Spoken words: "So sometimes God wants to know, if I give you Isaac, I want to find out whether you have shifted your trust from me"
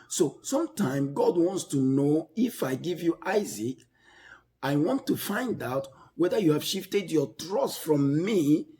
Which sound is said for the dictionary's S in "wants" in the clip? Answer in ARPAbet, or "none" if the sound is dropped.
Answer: S